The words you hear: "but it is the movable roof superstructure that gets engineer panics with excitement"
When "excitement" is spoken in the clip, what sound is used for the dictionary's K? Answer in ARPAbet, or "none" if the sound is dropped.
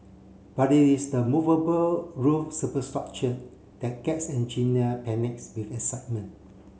none